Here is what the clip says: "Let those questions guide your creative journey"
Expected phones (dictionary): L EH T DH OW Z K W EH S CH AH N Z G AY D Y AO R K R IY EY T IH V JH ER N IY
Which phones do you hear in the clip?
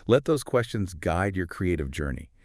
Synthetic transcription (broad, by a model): L EH T DH OW Z K W EH S CH AH N Z G AY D Y AO R K R IY EY T IH V JH ER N IY